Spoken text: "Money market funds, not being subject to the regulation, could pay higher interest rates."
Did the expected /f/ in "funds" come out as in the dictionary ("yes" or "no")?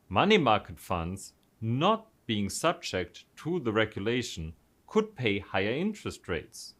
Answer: yes